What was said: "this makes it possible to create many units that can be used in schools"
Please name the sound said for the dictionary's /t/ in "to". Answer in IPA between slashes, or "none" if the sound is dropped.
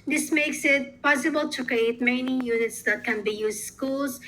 /t/